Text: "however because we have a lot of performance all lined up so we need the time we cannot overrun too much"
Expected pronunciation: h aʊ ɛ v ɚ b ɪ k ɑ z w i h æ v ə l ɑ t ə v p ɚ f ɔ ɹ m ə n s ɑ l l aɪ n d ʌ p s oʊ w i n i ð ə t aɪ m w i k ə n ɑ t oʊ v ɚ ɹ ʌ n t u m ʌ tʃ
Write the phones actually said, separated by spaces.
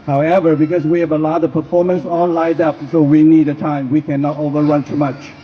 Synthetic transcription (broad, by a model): h aʊ ɛ v ɚ b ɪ k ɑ s w i h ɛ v ə l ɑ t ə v p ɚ f ɔ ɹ m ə n s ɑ n l aɪ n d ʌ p s oʊ w i n i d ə t aɪ m w i k ə n ɑ t oʊ v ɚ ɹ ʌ n t u m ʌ tʃ